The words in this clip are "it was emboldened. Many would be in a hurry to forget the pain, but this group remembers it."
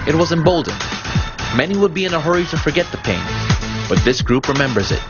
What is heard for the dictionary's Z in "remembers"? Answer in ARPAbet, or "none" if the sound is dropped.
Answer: Z